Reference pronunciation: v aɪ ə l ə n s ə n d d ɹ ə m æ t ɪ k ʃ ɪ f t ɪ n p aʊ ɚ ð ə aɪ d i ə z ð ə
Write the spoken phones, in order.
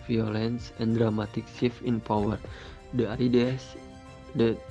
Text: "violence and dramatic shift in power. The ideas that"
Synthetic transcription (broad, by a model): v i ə l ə n s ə n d d ɹ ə m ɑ t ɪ k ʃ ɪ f ɪ n p aʊ ɚ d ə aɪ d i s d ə